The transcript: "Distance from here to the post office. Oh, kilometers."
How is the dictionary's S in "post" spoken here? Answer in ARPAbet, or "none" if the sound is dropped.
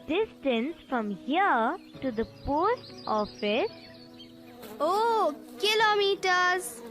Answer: S